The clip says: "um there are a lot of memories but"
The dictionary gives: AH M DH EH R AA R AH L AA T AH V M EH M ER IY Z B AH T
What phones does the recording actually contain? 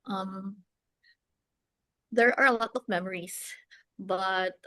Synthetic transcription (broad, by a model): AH M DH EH R AA R AH L AA T AH V M EH M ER IY S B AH T